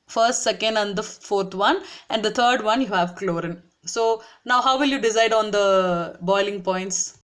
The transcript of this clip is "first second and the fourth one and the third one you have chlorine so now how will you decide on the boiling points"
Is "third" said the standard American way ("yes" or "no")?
no